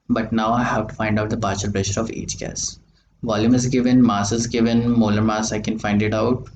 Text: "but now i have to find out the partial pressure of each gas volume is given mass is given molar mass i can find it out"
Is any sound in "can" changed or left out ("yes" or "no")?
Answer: no